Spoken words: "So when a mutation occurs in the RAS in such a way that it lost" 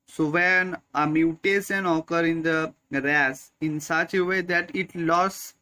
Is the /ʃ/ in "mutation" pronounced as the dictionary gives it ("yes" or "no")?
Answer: no